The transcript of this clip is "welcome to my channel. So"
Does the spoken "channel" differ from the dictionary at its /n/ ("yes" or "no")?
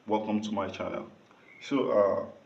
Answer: yes